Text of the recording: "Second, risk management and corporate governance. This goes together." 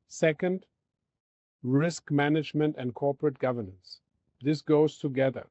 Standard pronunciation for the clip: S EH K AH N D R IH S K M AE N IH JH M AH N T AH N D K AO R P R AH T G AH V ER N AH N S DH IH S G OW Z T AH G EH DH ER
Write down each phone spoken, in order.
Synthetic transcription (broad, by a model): S EH K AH N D R IH S K M AE N IH JH M AH N T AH N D K AO R P R AH T G AH V ER N AH N S DH IH S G OW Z T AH G EH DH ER